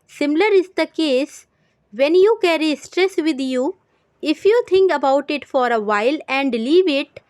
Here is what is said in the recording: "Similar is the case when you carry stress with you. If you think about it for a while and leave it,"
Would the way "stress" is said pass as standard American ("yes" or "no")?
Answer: yes